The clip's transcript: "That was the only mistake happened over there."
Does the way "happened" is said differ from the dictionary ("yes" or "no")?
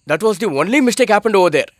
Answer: no